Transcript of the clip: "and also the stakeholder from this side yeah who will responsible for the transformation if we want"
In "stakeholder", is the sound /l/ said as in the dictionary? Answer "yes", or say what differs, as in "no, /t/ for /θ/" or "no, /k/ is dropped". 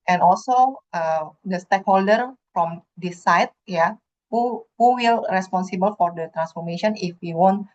yes